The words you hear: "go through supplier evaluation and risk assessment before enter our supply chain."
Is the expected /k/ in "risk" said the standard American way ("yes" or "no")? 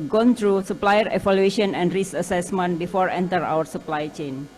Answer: no